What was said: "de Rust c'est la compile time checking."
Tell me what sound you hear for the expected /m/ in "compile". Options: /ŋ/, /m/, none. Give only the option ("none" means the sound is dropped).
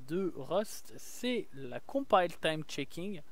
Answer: none